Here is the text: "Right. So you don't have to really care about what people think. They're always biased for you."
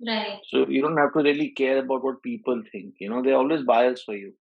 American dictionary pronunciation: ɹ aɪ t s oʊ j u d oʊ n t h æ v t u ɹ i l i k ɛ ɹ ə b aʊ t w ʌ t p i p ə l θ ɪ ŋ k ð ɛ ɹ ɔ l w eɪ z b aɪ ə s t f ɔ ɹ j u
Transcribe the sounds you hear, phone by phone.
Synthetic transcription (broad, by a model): ɹ aɪ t s oʊ j u d oʊ n t h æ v t u ɹ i l i k ɛ ɹ ə b aʊ t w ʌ t p i p ə l t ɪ ŋ k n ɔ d ɔ l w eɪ z b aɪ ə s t f ɔ ɹ j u